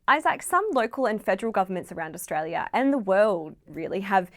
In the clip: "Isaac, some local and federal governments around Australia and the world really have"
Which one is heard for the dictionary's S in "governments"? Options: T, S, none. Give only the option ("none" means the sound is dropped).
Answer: S